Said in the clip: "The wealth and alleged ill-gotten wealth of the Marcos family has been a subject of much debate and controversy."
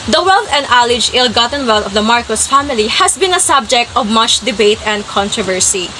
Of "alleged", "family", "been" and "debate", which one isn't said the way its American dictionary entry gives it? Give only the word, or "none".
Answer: alleged